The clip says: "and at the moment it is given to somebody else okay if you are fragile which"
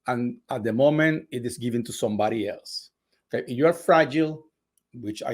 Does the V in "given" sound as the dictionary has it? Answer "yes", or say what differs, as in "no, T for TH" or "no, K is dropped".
yes